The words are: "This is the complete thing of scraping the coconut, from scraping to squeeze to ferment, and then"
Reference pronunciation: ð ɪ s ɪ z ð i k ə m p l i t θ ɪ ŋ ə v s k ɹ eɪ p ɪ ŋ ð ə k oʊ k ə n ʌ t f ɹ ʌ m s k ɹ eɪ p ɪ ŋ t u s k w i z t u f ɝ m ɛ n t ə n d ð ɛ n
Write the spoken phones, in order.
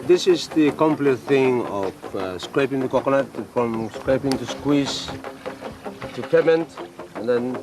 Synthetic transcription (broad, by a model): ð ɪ s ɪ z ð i k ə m p l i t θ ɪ ŋ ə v s k ɹ eɪ p ɪ ŋ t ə k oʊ k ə l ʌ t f ɹ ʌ m s k ɹ eɪ p ɪ ŋ t u s k w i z t u p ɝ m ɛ n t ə n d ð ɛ n